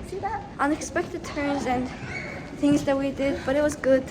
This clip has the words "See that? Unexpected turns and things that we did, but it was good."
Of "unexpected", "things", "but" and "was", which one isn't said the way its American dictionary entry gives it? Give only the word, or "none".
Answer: none